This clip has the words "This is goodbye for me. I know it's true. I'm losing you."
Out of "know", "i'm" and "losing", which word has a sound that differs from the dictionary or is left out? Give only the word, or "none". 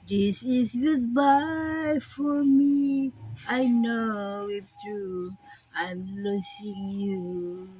losing